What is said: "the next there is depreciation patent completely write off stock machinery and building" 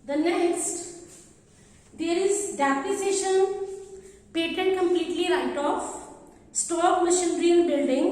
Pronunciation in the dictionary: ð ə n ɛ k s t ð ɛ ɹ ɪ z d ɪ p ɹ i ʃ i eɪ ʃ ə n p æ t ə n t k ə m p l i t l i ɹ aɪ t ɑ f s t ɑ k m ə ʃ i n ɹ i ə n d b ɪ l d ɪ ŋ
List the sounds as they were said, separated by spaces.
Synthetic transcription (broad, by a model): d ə n ɛ k s t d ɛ ɹ ɪ z d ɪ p i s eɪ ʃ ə n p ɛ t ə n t k ə m p l i t l i ɹ aɪ t ɑ f s t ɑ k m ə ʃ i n ɹ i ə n b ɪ l d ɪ ŋ